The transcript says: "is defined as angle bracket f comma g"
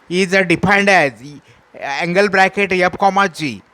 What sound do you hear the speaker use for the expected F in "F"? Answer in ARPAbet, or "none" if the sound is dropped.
P